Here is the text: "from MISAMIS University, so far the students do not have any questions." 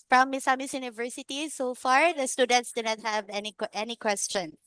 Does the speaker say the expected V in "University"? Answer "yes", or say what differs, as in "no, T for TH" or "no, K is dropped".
yes